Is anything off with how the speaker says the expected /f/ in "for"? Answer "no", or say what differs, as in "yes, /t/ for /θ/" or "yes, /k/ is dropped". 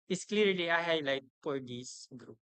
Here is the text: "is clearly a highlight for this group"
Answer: yes, /p/ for /f/